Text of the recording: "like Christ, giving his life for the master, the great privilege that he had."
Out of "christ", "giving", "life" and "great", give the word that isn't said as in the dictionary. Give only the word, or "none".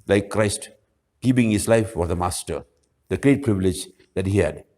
giving